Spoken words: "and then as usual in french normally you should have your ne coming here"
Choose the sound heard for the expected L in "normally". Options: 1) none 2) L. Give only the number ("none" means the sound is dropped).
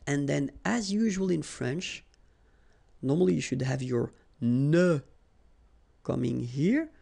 2